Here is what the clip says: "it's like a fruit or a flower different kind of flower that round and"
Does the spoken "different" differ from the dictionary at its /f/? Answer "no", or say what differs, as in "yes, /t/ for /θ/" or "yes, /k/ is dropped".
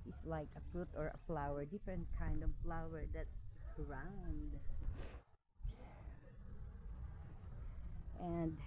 no